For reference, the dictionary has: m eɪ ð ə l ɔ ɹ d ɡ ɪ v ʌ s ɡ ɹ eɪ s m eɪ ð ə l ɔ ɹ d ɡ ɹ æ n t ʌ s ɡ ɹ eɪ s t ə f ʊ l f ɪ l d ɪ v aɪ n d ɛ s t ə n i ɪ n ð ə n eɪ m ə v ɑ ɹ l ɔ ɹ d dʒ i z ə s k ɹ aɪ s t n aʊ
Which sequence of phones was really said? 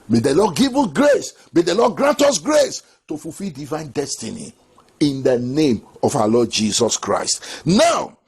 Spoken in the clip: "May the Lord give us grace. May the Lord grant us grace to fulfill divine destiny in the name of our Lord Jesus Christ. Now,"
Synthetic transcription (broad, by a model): m eɪ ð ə l ɔ d ɡ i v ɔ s ɡ ɹ eɪ s m eɪ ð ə l ɔ d ɡ ɹ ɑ n t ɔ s ɡ ɹ eɪ s t ə f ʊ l f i l d ɪ v aɪ n d ɛ s t ə n i ɪ n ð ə n eɪ m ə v ɑ l ɔ d dʒ i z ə s k ɹ aɪ s t n aʊ